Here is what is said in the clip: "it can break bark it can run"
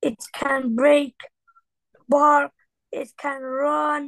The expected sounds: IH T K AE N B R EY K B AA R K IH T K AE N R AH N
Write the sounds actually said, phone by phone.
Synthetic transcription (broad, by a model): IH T K AE N B R EY K B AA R IH T K AE N R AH N